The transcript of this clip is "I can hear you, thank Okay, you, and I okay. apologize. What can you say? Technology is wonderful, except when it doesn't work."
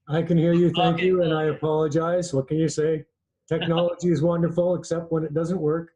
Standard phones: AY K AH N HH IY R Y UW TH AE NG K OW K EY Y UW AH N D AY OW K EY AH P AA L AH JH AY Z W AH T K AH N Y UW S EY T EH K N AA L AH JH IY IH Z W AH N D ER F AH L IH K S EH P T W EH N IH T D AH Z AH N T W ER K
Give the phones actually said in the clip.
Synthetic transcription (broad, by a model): AY K AH N HH IY R Y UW TH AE NG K K Y UW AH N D AY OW AH P AA L AH JH AY Z W AH T K AH N Y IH S EY T EH K N AA L AH JH IY IH Z W AH N D ER F L IH K S EH P T W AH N IH T D AH Z AH N T W ER K